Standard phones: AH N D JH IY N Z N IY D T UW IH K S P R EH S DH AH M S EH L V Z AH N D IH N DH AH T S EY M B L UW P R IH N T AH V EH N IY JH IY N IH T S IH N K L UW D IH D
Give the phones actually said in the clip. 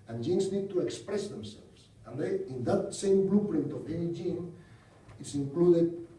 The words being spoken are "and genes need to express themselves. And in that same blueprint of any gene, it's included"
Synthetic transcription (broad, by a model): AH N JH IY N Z N IY D T UW IH K S P R EH S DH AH M S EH L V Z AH N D IH N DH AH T S EY M B L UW P R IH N T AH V EH N IY JH IY N IH T S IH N K L UW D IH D